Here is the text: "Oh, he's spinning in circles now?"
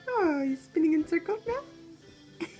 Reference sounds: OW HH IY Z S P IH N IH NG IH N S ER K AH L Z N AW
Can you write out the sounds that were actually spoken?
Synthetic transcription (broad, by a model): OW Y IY S P IH N IH NG IH N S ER K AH L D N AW